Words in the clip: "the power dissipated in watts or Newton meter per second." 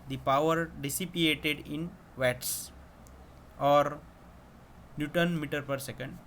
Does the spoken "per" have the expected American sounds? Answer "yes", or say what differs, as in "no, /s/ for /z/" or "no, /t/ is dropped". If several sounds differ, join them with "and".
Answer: yes